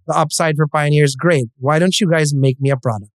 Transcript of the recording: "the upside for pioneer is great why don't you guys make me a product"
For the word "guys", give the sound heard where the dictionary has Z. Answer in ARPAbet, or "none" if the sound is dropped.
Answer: Z